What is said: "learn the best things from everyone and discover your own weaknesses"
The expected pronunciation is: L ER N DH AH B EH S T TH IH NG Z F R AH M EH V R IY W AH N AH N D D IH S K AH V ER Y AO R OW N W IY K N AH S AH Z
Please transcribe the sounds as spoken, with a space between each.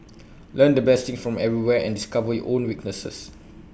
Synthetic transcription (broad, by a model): L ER N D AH B EH S T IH NG S F R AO M EH V R IY W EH AH N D D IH S K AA V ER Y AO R OW N W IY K N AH S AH S